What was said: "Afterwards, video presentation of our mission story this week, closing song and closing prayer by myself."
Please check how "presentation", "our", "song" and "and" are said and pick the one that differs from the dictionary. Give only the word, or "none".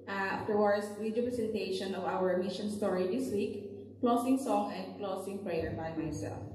presentation